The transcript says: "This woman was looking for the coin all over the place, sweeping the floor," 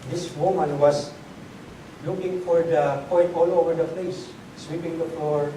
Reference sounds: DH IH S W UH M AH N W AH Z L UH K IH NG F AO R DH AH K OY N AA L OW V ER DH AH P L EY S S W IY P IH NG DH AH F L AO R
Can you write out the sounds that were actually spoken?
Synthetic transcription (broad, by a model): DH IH S W UH M AH N W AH S L UH K IH NG F AO R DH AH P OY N AA L OW V ER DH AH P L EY S S W IY P IH NG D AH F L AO R